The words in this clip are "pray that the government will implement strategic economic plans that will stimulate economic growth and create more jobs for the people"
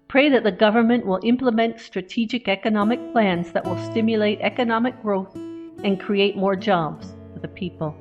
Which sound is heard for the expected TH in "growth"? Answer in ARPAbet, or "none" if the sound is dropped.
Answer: TH